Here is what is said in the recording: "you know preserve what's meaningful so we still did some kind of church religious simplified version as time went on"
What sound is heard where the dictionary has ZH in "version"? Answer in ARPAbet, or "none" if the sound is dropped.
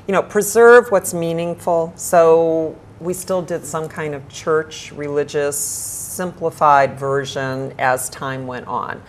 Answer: ZH